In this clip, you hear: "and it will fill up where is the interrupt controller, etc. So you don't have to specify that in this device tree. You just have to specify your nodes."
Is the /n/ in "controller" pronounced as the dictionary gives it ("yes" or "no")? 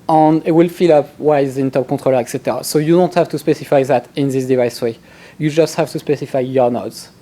no